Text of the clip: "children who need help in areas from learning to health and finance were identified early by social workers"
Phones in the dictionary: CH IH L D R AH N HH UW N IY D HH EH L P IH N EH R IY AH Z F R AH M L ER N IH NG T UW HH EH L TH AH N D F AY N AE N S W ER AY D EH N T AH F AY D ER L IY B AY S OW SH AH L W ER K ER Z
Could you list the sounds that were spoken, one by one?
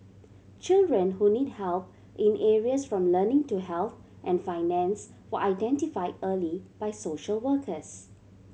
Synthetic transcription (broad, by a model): CH IH L D R AH N HH UW N IY D HH EH L P IH N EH R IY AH S F R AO M L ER N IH NG T UW HH EH L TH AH N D F AY N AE N S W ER AY D EH N T AH F AY D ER L IY B AY S OW SH AH L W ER K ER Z